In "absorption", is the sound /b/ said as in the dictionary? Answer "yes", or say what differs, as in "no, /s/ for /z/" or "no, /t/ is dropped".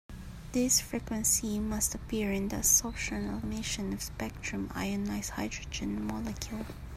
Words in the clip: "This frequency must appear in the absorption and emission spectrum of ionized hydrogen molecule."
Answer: no, /b/ is dropped